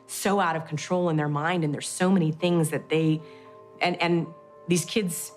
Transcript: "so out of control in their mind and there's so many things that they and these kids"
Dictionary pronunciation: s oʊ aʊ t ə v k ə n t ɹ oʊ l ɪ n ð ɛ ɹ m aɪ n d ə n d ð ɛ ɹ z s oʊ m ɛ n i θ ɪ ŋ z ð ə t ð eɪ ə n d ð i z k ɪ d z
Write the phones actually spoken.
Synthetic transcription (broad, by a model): s oʊ aʊ t ə v k n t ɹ oʊ l ɪ n ð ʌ ɹ m aɪ n d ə n ð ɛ ɹ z s oʊ m ɛ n i θ ɪ ŋ z ð ə t ð eɪ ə n ð i z k ɪ d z